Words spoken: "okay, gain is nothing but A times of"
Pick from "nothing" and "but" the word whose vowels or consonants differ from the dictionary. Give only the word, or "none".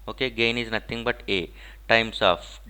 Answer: nothing